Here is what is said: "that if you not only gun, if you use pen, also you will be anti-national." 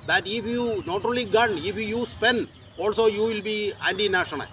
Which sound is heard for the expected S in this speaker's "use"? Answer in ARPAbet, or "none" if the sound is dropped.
S